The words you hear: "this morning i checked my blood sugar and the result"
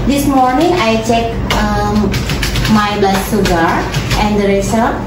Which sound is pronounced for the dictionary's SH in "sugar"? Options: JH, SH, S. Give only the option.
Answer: S